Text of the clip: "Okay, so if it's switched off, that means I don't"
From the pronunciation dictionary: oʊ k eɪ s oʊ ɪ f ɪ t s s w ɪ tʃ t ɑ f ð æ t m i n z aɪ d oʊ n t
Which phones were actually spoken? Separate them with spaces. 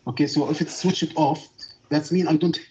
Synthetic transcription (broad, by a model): oʊ k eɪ s oʊ ɪ f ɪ t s s w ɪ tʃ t ɑ f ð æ t m i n aɪ d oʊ n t